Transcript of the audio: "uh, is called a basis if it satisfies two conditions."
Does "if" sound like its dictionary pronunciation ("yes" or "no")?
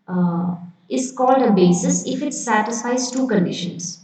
yes